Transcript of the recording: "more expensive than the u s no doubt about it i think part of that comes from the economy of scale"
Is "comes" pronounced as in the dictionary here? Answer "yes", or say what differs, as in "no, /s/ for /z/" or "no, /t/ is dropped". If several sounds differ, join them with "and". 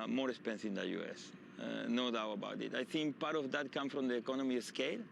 no, /z/ is dropped